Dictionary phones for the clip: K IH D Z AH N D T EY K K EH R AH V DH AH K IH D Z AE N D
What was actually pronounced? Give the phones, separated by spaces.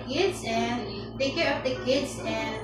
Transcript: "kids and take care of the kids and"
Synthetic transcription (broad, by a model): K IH D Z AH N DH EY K K EH R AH P DH AH K IH D Z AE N